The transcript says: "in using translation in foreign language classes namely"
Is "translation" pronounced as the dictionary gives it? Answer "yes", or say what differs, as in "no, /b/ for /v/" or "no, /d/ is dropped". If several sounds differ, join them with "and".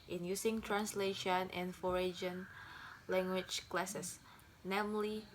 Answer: yes